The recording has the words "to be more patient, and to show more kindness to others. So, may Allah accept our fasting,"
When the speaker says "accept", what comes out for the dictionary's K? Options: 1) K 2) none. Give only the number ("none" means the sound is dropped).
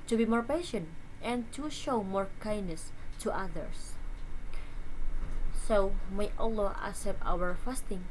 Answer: 2